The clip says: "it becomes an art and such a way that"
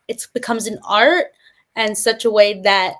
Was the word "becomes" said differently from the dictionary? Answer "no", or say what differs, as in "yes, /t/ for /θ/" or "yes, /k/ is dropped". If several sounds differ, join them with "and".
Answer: no